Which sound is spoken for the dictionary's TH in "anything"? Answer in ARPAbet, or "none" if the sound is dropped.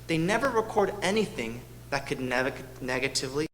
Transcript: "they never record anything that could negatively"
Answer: TH